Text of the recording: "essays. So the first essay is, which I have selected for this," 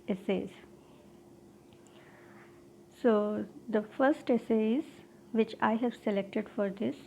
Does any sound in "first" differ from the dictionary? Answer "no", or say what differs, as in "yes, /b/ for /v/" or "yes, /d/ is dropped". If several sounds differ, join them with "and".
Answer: no